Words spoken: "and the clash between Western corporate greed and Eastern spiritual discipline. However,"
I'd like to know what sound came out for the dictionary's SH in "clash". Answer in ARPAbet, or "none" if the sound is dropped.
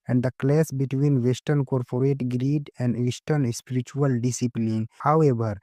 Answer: S